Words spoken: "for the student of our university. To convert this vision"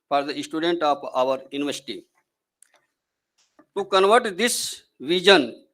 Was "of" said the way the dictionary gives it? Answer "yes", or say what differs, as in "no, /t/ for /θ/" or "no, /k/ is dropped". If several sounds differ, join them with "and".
no, /p/ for /v/